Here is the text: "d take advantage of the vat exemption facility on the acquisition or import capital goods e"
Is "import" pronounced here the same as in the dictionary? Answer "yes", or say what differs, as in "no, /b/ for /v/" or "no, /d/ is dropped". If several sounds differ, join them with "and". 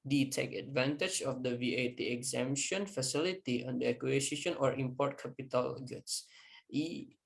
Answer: yes